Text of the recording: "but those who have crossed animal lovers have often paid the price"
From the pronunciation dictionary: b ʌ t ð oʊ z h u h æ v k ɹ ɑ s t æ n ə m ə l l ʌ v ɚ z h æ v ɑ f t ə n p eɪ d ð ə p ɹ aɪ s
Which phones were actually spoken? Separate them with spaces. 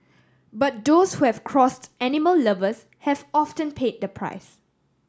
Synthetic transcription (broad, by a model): b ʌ t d oʊ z h u h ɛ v k ɹ ɑ s t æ n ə m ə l l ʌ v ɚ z h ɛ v ɑ f t ə n p eɪ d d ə p ɹ aɪ s